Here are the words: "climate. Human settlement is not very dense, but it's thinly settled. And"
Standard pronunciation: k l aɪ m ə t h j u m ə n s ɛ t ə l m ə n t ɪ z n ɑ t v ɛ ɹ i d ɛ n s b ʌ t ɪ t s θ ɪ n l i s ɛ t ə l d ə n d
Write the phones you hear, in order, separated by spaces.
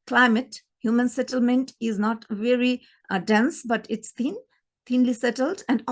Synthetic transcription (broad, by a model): k l aɪ m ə t h j u m ə n s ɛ t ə l m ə n t ɪ z n ɑ t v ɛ ɹ i d ɛ n s b ʌ t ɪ t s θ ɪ n l i s ɛ t ə l d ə n d